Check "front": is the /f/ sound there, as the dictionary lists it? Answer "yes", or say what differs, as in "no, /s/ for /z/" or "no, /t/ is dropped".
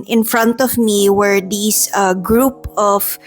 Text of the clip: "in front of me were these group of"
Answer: yes